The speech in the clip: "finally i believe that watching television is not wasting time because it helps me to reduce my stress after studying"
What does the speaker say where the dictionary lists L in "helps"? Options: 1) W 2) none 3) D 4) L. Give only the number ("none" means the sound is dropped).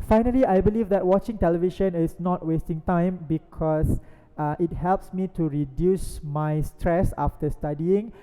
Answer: 4